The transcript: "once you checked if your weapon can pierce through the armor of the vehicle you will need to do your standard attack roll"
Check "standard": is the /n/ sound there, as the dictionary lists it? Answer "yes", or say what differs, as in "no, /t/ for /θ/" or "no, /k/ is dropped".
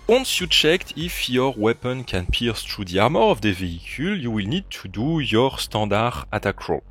no, /n/ is dropped